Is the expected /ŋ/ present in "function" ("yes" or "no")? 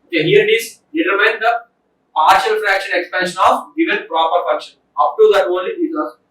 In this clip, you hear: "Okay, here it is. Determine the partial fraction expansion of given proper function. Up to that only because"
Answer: no